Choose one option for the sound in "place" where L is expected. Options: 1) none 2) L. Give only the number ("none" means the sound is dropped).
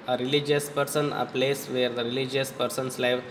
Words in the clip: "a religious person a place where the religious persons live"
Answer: 2